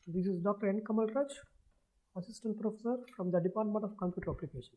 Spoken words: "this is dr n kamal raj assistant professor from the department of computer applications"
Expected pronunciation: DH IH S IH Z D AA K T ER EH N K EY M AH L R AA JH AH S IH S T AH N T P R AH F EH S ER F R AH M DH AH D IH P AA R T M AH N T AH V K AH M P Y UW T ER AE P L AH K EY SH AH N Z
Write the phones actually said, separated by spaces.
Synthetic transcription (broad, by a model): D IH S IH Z D AA K T ER EH N K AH M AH L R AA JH AH S IH S T AH N T P R AH F EH S ER F R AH M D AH D IH P AA R T M AH N T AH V K AH M P Y UW T ER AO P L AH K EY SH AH N